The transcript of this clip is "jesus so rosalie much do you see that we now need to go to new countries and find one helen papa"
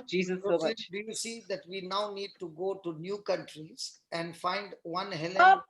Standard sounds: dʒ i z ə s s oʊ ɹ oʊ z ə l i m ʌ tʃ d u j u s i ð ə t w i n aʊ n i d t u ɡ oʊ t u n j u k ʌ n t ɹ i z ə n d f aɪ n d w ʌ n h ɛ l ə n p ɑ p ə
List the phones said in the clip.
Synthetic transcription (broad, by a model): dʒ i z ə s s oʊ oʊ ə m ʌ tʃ d u j u s i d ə t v i n aʊ n i d t u ɡ oʊ t u n j u k ʌ n t ɹ i z ə n d f aɪ n d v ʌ n h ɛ l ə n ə